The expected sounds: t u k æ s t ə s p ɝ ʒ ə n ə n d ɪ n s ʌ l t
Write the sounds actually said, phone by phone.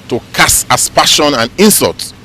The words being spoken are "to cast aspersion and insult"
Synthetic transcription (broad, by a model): t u k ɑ s ə s p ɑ ʃ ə n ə n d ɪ n s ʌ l t